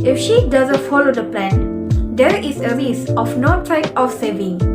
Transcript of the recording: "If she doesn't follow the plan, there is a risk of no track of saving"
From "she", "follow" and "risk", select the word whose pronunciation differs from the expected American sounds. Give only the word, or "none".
risk